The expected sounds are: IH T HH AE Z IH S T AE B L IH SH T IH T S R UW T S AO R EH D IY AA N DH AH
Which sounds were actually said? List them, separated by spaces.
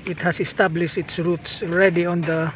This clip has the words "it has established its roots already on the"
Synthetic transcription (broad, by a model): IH T HH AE S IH S T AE B L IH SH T IH T S R UW T S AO R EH D IY AA N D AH